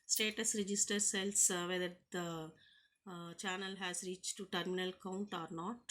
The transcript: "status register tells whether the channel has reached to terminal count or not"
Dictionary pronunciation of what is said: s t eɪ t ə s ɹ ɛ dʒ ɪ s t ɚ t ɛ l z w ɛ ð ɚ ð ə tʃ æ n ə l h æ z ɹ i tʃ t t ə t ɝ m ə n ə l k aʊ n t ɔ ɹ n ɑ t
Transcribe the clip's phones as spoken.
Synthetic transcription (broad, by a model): s t eɪ t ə s ɹ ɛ dʒ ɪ s t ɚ s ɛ l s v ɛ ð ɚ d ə tʃ æ n ə l h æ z ɹ i tʃ t t ə t m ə n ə l k aʊ n t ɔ ɹ n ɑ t